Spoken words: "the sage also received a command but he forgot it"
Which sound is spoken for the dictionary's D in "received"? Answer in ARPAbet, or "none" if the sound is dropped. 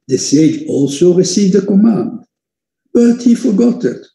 D